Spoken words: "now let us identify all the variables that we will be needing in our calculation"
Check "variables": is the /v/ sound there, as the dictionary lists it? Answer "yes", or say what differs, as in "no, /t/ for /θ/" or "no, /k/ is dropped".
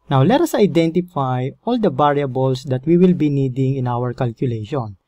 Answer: no, /b/ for /v/